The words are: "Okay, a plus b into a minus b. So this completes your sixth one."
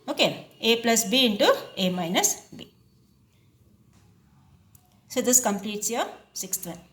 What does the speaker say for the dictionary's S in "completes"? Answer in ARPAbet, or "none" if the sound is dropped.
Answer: S